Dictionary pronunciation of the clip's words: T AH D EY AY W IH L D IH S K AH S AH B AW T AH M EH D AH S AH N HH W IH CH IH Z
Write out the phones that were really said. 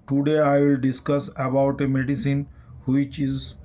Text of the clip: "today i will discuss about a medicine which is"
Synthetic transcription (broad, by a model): T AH D EY AY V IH L D IH S K AH S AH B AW T AH M EH D AH S AH N HH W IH CH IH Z